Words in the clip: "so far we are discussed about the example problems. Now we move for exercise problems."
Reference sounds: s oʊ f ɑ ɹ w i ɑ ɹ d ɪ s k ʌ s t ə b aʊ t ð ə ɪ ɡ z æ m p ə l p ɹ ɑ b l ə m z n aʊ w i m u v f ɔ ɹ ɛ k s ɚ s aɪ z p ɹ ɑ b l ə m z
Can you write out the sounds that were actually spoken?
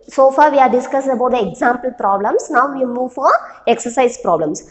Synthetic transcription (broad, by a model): s oʊ f ɑ ɹ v i ɑ ɹ d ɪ s k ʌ s ə b aʊ t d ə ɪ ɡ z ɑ m p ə l p ɹ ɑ b l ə m s n aʊ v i m u v f ɔ ɹ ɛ k s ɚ s aɪ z p ɹ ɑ b l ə m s